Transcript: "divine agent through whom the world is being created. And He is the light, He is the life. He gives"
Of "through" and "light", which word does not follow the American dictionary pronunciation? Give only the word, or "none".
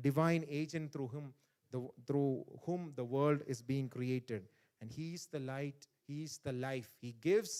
through